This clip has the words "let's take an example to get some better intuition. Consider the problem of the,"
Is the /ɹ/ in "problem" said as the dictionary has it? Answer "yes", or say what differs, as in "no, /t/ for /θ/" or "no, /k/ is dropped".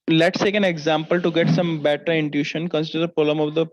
no, /ɹ/ is dropped